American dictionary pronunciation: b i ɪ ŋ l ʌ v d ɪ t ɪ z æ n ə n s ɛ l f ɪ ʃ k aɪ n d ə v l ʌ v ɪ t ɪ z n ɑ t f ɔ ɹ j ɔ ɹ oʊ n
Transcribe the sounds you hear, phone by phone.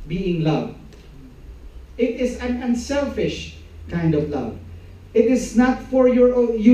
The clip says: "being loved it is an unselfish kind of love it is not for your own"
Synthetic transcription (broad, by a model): b i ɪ ŋ l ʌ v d ɪ t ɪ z æ n ə n s ɛ l f ɪ ʃ k aɪ n d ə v l ʌ v ɪ t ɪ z n ɑ t f ɔ ɹ j ɔ ɹ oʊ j